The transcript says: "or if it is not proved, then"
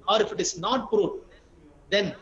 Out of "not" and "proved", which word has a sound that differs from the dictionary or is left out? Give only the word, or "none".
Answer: proved